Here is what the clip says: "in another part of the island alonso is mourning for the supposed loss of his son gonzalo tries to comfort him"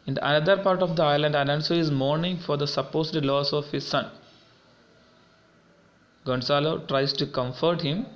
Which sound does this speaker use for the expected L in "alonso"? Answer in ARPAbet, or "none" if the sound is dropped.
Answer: N